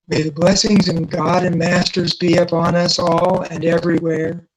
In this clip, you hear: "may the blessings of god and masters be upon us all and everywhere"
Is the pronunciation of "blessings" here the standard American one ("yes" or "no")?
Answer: yes